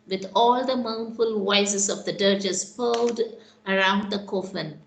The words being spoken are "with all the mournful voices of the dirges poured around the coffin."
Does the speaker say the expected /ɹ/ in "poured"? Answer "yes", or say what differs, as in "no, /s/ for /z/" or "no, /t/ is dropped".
no, /l/ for /ɹ/